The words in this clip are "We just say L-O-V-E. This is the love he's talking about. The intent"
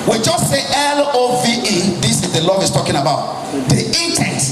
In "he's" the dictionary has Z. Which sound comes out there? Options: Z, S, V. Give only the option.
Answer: S